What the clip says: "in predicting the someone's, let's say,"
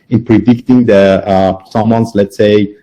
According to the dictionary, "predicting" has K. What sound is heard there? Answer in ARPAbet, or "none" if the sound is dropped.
K